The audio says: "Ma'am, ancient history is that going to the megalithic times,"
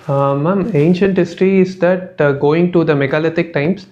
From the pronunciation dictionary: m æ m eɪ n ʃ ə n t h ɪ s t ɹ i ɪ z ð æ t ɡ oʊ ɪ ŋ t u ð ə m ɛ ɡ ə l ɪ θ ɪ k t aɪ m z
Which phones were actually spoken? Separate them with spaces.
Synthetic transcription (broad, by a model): m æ m eɪ n ʃ ə n t h ɪ s t ɹ i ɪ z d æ t ɡ oʊ ɪ ŋ t u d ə m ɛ ɡ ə l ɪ t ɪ k t aɪ m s